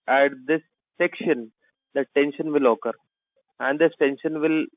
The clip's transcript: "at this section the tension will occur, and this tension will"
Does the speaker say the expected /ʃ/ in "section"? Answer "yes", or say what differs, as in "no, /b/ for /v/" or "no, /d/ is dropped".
yes